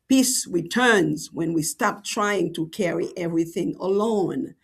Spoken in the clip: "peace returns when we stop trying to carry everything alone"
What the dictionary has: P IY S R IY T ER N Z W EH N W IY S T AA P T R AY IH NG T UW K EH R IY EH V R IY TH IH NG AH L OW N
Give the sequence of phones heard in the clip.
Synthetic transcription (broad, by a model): P IY S R IY T ER N Z W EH N W IY S T AA P T R AY IH NG T UW K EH R IY EH V R IY TH IH NG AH L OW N